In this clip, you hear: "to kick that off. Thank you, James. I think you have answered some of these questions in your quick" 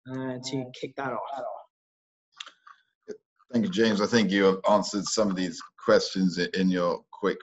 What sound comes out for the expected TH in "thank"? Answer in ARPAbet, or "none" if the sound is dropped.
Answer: TH